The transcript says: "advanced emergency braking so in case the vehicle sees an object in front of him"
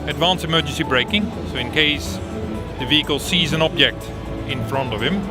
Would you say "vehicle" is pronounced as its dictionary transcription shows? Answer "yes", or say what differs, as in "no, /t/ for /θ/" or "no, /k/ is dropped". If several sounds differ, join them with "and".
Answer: yes